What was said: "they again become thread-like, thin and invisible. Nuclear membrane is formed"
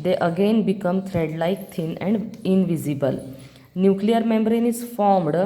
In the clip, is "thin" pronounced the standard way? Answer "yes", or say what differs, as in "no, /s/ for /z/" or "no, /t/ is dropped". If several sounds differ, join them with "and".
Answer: no, /t/ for /θ/